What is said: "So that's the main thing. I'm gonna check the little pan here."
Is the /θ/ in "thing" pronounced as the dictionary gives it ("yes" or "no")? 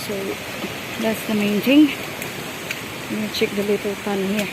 no